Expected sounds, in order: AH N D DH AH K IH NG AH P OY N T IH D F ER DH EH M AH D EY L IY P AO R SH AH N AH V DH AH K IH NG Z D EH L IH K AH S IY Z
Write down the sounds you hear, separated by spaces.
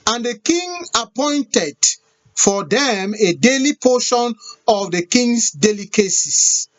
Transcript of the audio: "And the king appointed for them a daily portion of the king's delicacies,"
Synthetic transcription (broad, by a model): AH N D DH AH K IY NG AH P OY N T IH D F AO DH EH M AH D EY L IY P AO SH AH N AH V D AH K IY NG S D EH L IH K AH S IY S